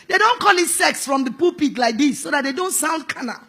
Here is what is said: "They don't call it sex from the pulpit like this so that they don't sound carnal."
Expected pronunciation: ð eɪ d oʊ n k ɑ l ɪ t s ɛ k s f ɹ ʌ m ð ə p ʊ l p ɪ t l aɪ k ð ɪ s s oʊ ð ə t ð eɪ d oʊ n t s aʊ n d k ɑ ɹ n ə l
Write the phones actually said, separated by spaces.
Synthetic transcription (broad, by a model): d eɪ d oʊ n k ɑ l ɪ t s ɛ k s f ɹ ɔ m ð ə p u p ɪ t l aɪ k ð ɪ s s oʊ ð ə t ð eɪ d oʊ n t s aʊ n d k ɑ n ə